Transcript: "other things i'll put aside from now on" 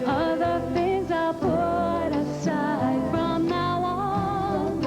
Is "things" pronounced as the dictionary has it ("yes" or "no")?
yes